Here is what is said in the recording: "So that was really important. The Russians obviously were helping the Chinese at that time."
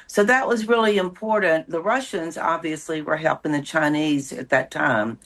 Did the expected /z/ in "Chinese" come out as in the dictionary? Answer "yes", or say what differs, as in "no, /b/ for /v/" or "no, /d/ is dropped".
yes